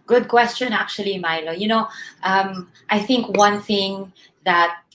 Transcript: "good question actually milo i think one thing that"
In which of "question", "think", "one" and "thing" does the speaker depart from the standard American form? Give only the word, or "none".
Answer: none